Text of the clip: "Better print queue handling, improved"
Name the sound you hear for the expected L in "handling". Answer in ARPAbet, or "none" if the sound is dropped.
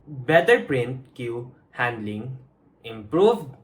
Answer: L